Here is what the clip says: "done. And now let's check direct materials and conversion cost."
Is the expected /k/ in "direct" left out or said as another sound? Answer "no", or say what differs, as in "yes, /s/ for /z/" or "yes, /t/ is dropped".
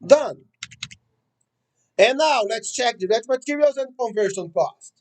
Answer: yes, /k/ is dropped